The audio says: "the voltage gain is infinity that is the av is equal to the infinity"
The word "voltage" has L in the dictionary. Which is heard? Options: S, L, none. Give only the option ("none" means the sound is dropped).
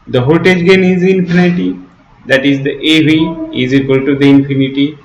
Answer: none